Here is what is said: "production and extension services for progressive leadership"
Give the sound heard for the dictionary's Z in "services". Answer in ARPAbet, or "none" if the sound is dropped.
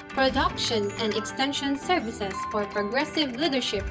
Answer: S